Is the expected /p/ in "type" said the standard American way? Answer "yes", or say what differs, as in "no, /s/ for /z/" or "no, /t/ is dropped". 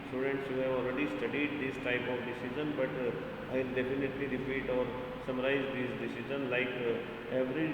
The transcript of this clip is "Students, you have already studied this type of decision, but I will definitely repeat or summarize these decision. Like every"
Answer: yes